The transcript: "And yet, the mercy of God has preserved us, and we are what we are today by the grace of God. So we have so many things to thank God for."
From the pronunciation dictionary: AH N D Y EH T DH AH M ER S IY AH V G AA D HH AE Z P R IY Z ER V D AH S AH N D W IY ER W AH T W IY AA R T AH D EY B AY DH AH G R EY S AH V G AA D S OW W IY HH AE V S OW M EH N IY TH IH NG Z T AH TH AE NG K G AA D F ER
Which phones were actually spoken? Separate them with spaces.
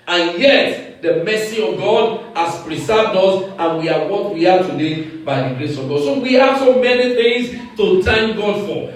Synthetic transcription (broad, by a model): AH N Y EH T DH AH M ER S IY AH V G AA D HH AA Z P R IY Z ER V D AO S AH N W IY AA W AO T W IY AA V T AH D EY B AY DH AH G R EY S AH V G AA D S OW W IY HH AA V S OW M EH N IY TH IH NG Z T AH T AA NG G AA D F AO